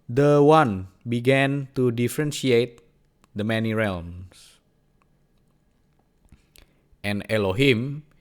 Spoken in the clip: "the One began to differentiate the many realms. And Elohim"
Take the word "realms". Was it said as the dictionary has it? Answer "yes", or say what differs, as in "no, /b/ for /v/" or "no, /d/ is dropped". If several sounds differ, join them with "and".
no, /s/ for /z/